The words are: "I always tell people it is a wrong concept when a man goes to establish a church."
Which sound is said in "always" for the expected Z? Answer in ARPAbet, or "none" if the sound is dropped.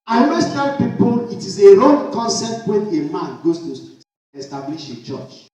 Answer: S